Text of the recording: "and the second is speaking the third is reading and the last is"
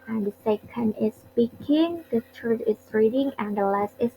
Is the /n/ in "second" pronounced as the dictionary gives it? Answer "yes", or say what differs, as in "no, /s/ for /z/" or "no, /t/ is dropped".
yes